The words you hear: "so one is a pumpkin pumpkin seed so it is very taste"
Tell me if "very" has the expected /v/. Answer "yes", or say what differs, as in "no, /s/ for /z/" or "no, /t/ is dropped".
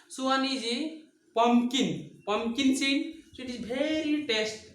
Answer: no, /b/ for /v/